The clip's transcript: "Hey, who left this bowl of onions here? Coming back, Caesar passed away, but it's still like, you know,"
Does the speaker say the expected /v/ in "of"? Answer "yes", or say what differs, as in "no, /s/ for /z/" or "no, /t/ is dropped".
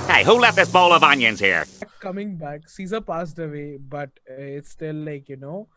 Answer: yes